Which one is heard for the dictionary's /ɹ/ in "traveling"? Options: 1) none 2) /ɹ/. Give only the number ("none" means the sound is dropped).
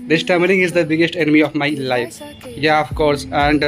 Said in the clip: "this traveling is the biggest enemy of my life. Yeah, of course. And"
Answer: 1